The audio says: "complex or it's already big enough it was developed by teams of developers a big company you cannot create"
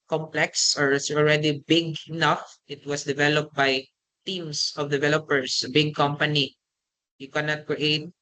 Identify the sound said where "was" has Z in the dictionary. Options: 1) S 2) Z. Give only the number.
1